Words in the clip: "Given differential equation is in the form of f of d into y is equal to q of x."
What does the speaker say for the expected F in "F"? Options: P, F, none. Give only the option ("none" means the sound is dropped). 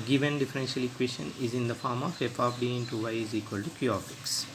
P